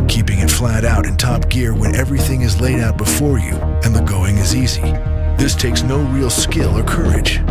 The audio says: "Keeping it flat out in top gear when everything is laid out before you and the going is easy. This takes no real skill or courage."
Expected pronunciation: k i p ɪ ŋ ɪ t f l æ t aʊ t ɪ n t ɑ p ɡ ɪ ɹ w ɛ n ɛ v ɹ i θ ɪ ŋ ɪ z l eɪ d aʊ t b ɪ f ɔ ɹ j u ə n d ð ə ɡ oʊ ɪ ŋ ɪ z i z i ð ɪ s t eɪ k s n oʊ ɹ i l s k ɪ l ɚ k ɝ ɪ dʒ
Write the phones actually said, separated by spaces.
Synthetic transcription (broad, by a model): k i p ɪ ŋ ɪ t f l æ t aʊ t ɪ n t ɑ p ɡ ɪ ɹ w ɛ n ɛ v ɹ i θ ɪ ŋ ɪ z l eɪ d aʊ t b ɪ f ɔ ɹ j u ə n ð ə ɡ oʊ ɪ ŋ ɪ z i z i ð ɪ s t eɪ k s n oʊ ɹ i l s k ɪ l ɚ k ɝ ɪ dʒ